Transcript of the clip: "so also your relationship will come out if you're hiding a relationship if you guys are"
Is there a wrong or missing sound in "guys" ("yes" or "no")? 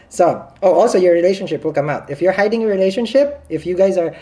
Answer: no